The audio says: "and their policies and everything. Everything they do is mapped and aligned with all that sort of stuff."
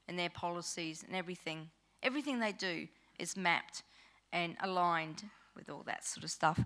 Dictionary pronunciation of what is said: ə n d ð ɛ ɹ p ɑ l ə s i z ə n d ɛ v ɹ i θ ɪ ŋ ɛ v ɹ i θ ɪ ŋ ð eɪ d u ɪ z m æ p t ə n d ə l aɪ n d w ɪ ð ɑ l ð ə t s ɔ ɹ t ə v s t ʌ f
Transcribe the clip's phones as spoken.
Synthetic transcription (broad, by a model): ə n ð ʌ ɹ p ɑ l ə s i z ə n ɛ v ɹ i θ ɪ ŋ ɛ v ɹ i θ ɪ ŋ ð eɪ d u ɪ z m æ p t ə n ə l aɪ n d w ɪ ð ɑ l ð ə t s ɔ ɹ t ə v s t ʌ f